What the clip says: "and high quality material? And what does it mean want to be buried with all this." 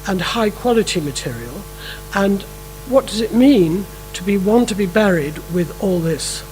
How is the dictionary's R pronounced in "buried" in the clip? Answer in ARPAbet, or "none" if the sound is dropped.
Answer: R